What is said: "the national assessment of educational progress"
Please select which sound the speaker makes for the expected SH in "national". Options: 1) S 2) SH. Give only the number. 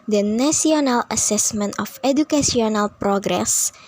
1